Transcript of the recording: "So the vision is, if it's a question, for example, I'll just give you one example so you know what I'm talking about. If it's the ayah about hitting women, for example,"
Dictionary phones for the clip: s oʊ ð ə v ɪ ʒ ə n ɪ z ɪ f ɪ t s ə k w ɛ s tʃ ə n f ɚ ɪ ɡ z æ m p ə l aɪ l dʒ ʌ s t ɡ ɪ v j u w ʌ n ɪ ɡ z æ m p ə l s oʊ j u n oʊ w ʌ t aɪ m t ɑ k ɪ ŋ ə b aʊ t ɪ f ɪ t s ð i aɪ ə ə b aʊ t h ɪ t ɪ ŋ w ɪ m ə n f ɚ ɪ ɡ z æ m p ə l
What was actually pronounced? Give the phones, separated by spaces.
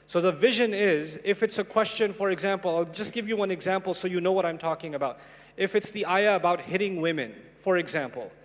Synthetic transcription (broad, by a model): s oʊ ð ə v ɪ ʒ ə n ɪ z ɪ f ɪ t s ə k w ɛ s tʃ ə n f ɚ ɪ ɡ z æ m p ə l aɪ l dʒ ʌ s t ɡ ɪ v j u w ʌ n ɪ ɡ z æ m p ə l s oʊ j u n oʊ w ʌ t aɪ m t ɑ k ɪ ŋ ə b aʊ t ɪ f ɪ t s ð i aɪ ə ə b aʊ t h ɪ t ɪ ŋ w ɪ m ə n f ɚ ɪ ɡ z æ m p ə l